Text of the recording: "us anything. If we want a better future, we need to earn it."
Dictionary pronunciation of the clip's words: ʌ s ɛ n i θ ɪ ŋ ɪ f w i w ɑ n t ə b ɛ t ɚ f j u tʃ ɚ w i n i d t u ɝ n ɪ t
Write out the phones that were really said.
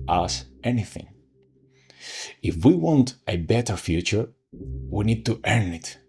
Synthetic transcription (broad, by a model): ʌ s ɛ n i θ ɪ ŋ ɪ f w i w ɑ n t ə b ɛ t ɚ f j u tʃ ɚ w i n i d t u ɝ n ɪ t